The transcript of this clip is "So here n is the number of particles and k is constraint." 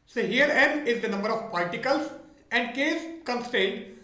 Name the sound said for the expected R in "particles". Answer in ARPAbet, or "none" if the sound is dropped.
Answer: L